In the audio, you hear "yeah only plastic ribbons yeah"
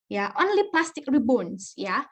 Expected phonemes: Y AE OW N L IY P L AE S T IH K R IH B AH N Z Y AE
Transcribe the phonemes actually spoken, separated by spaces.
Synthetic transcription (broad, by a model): Y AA OW N L IY P L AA S T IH K R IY B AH N S Y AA